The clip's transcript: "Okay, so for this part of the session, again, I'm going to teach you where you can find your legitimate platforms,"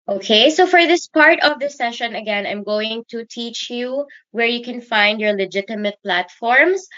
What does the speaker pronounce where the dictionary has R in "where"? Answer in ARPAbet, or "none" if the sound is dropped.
R